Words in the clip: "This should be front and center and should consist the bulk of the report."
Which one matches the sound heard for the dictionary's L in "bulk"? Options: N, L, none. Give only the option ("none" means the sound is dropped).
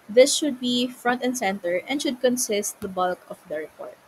L